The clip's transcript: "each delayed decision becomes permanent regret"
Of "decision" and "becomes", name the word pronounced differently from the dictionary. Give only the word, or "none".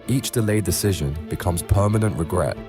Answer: none